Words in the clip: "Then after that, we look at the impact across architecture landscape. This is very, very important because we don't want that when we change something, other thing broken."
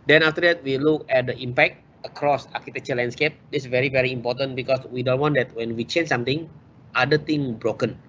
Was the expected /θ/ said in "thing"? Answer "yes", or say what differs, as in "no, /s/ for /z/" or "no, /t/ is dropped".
no, /t/ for /θ/